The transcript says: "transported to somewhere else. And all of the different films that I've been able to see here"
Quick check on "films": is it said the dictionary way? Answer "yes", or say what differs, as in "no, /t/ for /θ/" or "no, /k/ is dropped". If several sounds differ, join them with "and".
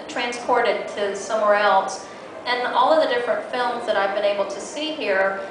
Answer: yes